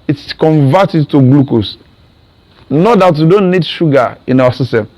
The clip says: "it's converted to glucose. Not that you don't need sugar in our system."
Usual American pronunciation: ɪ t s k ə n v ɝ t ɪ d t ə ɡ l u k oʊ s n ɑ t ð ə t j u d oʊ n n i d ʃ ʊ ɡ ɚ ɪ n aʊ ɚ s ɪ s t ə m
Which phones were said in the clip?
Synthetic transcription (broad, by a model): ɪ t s k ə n v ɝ t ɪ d t ə ɡ l u k oʊ s n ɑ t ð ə t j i d oʊ n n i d ʃ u ɡ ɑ ɪ n aʊ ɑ s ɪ s t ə m